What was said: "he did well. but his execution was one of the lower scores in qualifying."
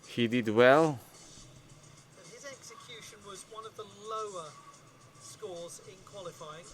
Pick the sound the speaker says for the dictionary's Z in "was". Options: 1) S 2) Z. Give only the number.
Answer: 2